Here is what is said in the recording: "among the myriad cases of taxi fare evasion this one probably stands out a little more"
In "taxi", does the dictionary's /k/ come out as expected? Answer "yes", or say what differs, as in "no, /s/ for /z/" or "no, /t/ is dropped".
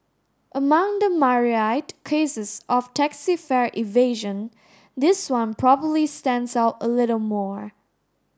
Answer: yes